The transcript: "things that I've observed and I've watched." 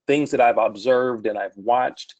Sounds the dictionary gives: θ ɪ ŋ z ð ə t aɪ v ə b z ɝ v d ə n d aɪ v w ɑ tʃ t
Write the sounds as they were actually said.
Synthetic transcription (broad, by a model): θ ɪ ŋ z ð ə t aɪ v ə b z ɝ v d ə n aɪ v w ɑ tʃ t